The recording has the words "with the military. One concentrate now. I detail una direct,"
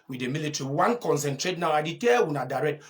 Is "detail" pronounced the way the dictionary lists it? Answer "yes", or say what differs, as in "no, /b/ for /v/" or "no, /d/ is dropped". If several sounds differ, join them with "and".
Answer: no, /w/ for /l/